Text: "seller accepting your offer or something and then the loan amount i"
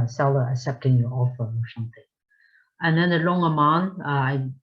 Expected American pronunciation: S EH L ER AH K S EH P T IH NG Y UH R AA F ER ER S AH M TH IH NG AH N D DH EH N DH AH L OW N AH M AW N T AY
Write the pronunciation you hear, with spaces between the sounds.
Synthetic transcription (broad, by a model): S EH L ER AH K S EH P T IH NG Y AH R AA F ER ER S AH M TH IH NG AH N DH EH N DH AH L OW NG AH M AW N AY